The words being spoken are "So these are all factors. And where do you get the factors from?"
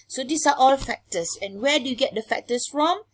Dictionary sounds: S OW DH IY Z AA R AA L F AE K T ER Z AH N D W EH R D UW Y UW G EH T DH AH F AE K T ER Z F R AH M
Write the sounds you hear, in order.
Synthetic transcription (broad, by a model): S OW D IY S AA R AA L F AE K T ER S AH N W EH D UW Y UW G EH T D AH F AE K T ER S F R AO M